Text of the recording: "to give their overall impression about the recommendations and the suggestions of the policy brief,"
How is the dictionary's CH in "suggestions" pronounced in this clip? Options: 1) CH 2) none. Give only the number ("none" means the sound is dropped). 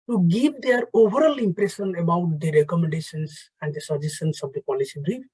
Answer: 2